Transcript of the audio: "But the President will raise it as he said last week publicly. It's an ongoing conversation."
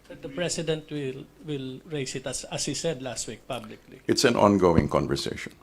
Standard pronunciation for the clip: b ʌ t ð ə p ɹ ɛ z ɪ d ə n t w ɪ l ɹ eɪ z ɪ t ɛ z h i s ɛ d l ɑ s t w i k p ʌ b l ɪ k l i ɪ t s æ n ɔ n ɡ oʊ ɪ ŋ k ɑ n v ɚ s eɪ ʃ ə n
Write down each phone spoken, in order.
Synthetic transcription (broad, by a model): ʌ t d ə p ɹ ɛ s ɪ d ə n t w ɪ l ɹ eɪ s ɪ t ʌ s h i s ɛ d l ɑ s t w i k p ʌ b l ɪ k l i ɪ t s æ n ɔ n ɡ oʊ ɪ ŋ k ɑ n v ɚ s eɪ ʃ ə n